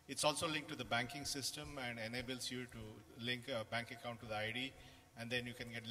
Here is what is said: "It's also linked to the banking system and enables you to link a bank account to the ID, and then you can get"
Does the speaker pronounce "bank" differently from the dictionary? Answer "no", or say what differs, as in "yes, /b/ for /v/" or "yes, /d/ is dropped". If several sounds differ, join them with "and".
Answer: no